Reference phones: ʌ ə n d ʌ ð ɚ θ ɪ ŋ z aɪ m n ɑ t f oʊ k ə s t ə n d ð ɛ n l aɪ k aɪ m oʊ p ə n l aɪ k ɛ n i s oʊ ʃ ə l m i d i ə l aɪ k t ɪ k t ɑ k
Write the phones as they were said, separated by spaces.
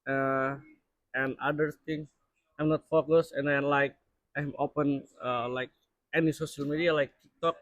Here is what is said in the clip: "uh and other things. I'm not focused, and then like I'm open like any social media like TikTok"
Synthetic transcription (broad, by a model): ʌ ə n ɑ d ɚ t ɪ ŋ s aɪ m n ɑ t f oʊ k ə s ə n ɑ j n l aɪ k aɪ m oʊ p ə n l aɪ k ɛ n i s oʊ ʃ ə l m i d i ə l aɪ k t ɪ k t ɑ k